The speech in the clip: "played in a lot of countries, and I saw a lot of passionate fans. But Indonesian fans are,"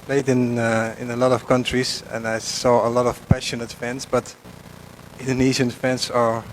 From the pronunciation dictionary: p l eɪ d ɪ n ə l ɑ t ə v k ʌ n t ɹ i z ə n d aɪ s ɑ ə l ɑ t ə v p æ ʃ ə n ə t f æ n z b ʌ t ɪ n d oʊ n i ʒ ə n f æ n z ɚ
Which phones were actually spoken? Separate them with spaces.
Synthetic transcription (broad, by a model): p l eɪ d ɪ n ə l ɑ t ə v k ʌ n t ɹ i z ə n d aɪ s ɑ ə l ɑ t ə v p æ ʃ ə n ə t f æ n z b ʌ t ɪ n d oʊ n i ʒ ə n f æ n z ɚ